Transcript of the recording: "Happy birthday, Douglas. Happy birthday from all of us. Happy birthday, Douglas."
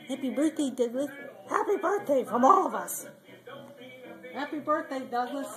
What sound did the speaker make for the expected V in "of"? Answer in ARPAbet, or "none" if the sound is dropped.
V